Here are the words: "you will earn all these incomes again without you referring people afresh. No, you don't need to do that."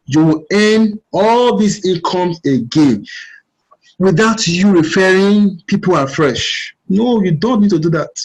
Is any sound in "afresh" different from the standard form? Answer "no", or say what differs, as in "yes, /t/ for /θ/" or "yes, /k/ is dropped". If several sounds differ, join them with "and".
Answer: no